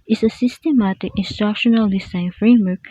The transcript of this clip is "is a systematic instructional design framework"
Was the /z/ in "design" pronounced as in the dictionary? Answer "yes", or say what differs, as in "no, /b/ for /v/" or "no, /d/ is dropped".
no, /s/ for /z/